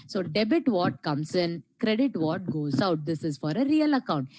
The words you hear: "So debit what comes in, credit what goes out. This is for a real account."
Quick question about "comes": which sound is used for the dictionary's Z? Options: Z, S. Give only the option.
S